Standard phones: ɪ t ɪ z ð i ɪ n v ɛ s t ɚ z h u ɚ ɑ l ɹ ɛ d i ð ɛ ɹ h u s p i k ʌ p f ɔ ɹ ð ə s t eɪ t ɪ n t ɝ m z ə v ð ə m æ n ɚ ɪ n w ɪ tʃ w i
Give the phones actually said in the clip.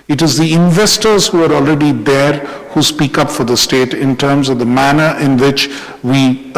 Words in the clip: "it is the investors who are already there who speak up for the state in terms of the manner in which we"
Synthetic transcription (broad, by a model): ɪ t ɪ z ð i ɪ n v ɛ s t ɚ z h u ɚ ɑ l ɹ ɛ d i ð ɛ ɹ h u s p i k ʌ p f ɔ ɹ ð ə s t eɪ t ɪ n t ɝ m z ə v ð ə m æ n ɚ ɪ n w ɪ tʃ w i